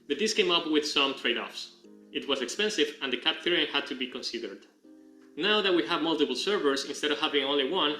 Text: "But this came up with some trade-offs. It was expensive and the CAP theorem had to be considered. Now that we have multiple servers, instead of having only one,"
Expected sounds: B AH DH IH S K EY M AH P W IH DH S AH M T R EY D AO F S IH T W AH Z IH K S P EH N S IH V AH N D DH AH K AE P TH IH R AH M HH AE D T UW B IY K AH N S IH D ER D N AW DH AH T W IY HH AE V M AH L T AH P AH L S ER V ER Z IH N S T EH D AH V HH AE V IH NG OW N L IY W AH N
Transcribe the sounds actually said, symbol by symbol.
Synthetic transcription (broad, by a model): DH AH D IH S K EY M AH P W IH DH S AH M T R EY D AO F S IH T W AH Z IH K S P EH N S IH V AH N D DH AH K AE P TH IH R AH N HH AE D T UW B IY K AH N S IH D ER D N AW DH AH T W IY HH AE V M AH L T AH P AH L S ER V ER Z IH N S T EH D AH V HH AE V IH NG OW N L IY W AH N